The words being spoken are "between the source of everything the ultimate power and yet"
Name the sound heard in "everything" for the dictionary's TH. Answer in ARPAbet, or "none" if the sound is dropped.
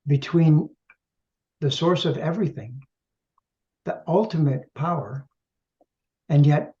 TH